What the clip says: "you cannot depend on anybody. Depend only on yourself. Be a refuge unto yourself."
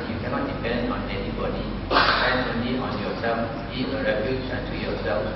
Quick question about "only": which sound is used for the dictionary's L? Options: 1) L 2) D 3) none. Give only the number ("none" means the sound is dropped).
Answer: 3